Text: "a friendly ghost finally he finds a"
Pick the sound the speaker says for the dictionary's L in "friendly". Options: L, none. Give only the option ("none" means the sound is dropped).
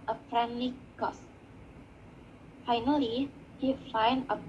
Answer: none